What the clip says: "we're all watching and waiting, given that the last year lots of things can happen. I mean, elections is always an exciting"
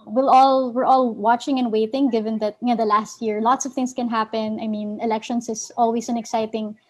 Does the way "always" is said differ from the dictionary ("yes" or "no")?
yes